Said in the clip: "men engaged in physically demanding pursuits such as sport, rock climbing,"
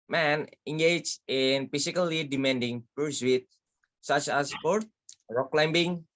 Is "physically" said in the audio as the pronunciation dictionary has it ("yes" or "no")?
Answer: no